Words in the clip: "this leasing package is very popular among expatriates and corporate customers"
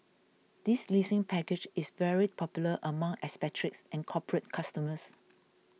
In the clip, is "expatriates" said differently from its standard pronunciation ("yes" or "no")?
yes